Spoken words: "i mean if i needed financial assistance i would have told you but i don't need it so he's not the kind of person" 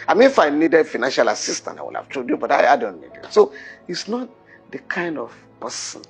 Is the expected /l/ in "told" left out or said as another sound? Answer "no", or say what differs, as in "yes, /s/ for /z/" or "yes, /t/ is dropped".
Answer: yes, /l/ is dropped